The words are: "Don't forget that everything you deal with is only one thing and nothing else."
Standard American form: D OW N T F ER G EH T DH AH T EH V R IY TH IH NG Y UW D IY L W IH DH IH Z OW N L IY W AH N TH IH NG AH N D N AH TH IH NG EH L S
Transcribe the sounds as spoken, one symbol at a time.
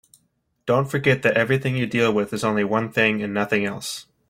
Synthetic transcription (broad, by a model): D OW N T F ER G EH T DH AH T EH V R IY TH IH NG Y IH D IY L W IH DH IH Z OW N L IY W AH N TH IH NG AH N N AH TH IH NG EH L S